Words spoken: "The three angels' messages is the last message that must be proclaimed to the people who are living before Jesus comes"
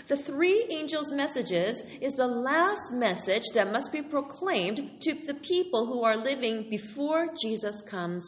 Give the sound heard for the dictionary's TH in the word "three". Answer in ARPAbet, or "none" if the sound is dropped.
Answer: TH